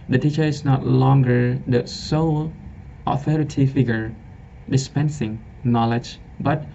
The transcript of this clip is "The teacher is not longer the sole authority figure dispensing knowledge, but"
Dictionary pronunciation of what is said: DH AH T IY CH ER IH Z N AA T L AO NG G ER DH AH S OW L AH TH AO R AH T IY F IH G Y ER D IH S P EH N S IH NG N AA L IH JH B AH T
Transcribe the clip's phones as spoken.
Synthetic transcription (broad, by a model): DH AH T IY CH ER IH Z N AA T L AO NG G ER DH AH S OW L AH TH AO R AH T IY F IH G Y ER D IH S P EH N S IH NG N AA L IH JH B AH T